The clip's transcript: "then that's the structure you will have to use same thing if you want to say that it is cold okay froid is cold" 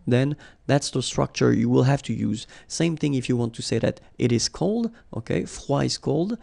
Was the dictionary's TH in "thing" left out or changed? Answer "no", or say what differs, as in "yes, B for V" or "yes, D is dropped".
no